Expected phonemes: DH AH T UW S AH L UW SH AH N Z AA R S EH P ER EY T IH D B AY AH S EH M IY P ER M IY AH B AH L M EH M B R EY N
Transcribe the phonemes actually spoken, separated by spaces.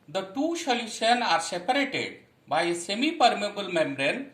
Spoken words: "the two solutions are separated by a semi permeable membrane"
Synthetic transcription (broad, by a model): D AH T UW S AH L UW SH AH N AA R S EH P ER EY T IH D B AY S EH M IY P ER M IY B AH L M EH M B R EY N